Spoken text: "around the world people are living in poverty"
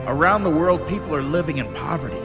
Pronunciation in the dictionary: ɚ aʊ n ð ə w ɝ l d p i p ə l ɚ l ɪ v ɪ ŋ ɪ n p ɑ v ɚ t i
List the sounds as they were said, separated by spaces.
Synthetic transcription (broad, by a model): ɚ aʊ n ð ə w ɝ l d p i p l ɚ l ɪ v ɪ ŋ ɪ n p ɑ v ɚ t i